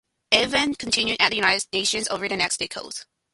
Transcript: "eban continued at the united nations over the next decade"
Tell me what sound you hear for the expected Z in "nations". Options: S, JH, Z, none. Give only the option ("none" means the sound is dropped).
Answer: Z